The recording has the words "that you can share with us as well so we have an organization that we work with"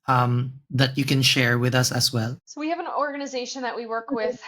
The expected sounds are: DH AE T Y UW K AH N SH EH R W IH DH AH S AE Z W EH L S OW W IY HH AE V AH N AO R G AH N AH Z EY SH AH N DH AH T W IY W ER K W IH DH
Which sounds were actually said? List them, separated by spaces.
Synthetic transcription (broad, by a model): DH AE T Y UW K AH N SH EH R W IH DH AH S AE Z W EH L S OW W IY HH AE V AH N AO R G AH N AH Z EY SH AH N DH AH T W IY W ER K W IH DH